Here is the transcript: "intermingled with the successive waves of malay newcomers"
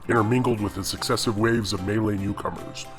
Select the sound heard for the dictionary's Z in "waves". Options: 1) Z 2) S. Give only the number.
1